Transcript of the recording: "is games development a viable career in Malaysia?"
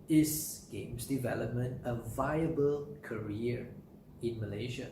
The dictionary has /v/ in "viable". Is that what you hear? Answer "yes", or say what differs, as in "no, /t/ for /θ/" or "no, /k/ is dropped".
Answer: yes